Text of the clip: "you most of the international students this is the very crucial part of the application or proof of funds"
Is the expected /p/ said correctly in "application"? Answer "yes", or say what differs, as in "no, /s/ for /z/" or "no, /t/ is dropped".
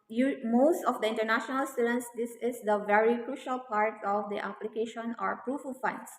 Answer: yes